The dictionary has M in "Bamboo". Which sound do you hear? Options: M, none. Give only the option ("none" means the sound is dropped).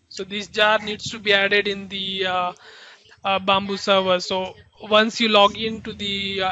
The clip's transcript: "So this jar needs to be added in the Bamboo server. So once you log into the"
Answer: M